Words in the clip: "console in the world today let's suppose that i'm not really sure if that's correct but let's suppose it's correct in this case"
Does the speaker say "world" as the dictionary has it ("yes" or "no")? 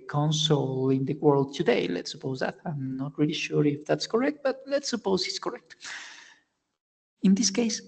yes